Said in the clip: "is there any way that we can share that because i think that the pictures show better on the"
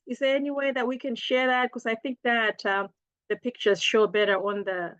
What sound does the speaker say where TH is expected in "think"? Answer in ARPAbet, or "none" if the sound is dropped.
TH